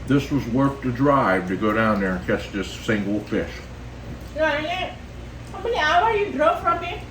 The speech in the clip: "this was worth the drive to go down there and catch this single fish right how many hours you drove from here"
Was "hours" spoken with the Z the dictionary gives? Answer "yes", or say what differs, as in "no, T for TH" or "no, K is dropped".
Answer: no, Z is dropped